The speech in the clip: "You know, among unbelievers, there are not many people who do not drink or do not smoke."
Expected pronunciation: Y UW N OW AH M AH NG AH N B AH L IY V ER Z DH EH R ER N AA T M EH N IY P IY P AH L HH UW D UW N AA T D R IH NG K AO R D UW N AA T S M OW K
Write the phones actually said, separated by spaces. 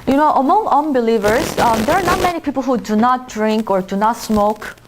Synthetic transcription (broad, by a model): Y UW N OW AH M AH NG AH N B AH L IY V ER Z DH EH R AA N AA T M EH N IY P IY P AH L HH UW D UW N AA T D R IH NG K AO R D UW N AA T S M OW K